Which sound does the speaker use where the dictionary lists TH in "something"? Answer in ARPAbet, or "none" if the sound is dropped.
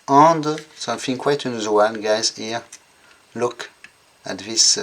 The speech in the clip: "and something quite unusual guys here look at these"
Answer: F